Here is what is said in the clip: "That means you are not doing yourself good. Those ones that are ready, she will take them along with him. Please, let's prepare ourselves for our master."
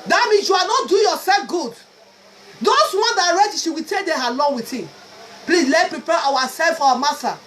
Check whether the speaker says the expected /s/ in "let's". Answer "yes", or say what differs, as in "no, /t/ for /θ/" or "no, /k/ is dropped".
no, /s/ is dropped